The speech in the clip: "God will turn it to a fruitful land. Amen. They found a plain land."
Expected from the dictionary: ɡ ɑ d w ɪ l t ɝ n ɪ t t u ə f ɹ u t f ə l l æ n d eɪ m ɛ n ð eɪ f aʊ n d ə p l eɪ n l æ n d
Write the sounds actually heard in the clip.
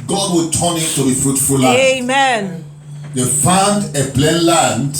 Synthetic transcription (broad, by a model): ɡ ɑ d w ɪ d t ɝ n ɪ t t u ə f ɹ u t f ə l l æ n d eɪ m ɛ n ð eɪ f aʊ n d ə b l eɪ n l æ n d